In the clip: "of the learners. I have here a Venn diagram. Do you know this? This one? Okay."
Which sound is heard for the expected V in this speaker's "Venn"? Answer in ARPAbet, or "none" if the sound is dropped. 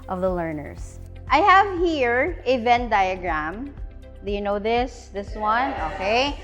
V